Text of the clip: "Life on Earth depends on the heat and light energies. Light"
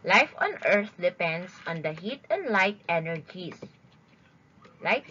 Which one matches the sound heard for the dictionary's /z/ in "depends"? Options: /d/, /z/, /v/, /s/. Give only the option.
/s/